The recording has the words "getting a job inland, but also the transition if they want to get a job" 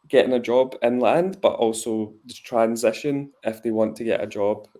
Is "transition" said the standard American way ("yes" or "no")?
yes